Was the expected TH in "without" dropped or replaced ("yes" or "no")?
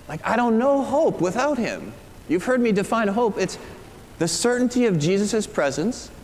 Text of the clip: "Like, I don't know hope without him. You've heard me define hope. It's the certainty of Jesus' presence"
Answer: no